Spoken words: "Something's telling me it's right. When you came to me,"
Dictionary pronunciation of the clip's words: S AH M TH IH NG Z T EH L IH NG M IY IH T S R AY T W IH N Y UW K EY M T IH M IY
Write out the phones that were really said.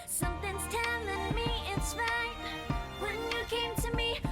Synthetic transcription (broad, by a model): S AH M TH IH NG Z T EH N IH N M IY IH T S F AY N W IH N Y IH K EY M T IH M IY